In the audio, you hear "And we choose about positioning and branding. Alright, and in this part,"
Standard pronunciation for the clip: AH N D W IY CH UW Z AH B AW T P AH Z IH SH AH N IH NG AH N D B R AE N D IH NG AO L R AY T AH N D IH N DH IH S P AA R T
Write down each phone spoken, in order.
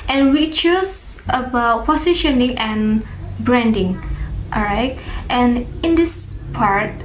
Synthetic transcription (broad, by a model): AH N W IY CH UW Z AH B AW T P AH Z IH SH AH N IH NG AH N B R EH N D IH NG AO R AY T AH N IH N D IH S P AA R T